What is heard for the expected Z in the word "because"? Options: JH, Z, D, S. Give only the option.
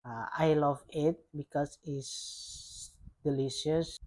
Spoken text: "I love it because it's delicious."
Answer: S